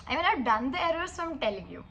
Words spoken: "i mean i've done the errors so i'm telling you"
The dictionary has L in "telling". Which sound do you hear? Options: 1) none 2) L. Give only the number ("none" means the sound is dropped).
2